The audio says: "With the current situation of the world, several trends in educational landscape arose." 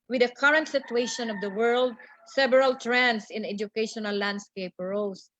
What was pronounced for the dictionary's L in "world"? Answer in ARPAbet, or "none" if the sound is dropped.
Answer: L